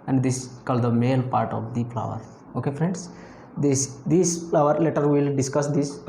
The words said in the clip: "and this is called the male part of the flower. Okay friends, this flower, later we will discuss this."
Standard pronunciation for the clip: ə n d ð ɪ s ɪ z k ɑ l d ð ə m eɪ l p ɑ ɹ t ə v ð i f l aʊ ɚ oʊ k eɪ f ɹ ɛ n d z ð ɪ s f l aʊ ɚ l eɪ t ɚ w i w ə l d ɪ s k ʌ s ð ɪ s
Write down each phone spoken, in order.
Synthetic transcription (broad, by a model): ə n d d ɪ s k ɑ l d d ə m eɪ l p ɑ ɹ t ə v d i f l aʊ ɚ oʊ k eɪ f ɹ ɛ n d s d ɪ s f l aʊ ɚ l eɪ t ɚ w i l d ɪ s k ʌ s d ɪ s